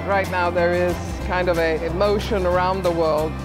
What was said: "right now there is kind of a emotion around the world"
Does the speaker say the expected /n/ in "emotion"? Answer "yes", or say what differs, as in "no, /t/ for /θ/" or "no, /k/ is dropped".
yes